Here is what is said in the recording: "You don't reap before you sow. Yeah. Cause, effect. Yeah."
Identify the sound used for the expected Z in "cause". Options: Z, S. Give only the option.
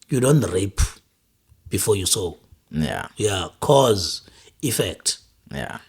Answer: Z